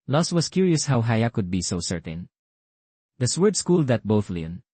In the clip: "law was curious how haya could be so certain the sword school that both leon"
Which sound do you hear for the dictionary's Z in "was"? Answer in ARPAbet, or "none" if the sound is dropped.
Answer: S